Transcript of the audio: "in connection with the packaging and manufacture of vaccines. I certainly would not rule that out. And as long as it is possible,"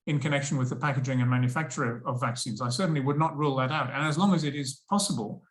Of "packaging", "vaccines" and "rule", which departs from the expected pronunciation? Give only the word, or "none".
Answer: none